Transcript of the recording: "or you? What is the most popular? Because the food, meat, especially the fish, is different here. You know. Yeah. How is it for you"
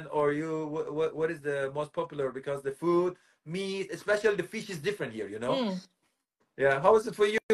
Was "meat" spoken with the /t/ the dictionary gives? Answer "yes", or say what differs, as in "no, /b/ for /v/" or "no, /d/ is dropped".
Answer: no, /t/ is dropped